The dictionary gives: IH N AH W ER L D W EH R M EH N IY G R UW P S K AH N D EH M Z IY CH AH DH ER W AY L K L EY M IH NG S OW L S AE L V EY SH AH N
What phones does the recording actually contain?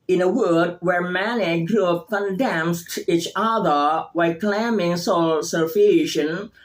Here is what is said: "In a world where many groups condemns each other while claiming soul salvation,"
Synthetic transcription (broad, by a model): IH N AH W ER D W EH R M EH N IY G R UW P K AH N D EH M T IY CH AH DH ER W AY K L EY M IH NG S OW L S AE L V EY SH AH N